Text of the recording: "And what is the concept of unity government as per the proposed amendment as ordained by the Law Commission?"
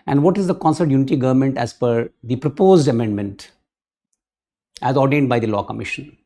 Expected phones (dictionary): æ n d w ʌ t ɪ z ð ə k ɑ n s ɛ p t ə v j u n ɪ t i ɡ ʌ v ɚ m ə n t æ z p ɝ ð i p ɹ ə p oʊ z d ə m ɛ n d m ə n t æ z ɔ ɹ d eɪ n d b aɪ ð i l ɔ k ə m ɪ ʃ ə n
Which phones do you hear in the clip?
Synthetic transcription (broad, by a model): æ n d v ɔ t ɪ z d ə k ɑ n s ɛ t j u n ɪ t i ɡ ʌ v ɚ m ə n t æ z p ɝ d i p ɹ ə p oʊ z d ə m ɛ n d m ə n t æ z ɔ ɹ d eɪ n d b aɪ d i l ɔ k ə m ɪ ʃ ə n